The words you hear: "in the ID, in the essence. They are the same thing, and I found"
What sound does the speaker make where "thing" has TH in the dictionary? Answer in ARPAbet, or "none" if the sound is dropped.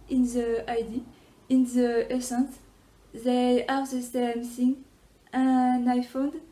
S